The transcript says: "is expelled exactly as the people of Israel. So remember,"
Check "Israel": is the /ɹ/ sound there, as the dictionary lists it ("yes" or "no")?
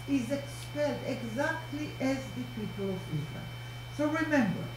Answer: no